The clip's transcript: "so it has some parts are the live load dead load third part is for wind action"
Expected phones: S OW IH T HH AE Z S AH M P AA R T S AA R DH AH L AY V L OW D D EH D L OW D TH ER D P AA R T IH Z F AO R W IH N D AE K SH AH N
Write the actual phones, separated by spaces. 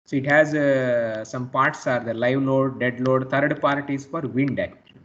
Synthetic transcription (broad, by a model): S OW IH T HH AE Z S AH M P AA R T S AA R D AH L AY V L OW D D EH D L OW D T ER D P AA R T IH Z F AO R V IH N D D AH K